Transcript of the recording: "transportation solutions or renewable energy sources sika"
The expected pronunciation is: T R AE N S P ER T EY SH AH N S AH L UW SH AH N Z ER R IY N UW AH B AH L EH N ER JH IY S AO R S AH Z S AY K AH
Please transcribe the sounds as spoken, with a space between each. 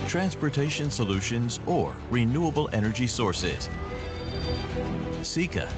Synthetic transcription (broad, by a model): T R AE N S P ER T EY SH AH N S AH L UW SH AH N Z ER R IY N UW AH B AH L EH N ER JH IY S AO R S AH Z S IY K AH